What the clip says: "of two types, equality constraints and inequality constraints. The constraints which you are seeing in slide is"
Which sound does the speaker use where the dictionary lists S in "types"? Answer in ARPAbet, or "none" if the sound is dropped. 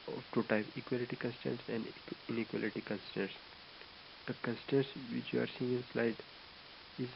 none